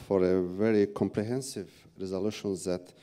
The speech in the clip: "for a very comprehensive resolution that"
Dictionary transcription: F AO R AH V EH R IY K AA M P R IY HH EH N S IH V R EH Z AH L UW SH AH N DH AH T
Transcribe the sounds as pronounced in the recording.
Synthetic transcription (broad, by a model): F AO R AH V EH R IY K AA M P R IY HH EH N S IH V R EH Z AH L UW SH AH N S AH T